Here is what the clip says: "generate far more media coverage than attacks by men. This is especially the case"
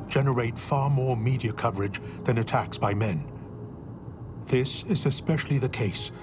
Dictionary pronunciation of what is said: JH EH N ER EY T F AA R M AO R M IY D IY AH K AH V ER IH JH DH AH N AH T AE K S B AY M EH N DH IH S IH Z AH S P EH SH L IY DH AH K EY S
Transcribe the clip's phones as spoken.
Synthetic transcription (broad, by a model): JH EH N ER EY T F AA R M AO R M IY D IY AH K AH V ER IH JH DH AH N AH T AE K S B AY M EH N DH IH S IH Z AH S P EH SH L IY DH AH K EY S